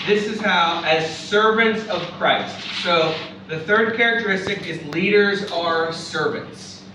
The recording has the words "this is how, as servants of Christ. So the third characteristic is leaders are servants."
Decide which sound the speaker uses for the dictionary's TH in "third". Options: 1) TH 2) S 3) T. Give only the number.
1